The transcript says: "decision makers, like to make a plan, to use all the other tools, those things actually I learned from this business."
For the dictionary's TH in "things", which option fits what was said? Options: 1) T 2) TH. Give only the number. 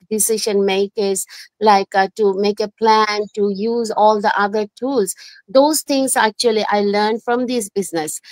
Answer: 1